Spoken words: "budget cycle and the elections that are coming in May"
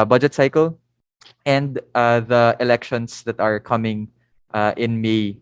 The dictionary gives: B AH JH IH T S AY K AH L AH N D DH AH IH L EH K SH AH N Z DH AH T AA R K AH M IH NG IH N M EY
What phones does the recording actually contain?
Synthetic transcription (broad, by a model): B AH JH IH T S AY K AH L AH N D DH AH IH L EH K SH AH N S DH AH T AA R K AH M IH NG IH N M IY